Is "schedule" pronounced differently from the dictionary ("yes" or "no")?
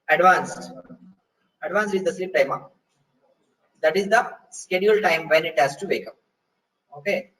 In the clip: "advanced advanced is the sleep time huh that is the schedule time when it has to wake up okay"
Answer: no